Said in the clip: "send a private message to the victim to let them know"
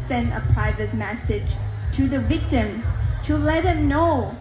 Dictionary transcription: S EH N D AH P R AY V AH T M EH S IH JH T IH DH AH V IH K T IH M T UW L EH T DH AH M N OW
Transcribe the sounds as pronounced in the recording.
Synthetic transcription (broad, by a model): S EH N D AH P R AY V AH T M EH S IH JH T IH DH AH V IH K T IH M T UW L EH T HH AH M N OW